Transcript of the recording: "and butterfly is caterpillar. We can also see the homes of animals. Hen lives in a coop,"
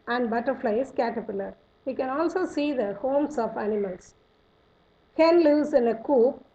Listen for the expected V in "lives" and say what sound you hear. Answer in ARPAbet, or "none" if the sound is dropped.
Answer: none